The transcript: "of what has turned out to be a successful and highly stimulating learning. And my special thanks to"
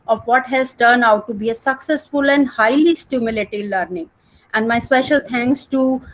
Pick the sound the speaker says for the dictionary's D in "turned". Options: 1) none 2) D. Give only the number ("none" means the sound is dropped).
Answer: 1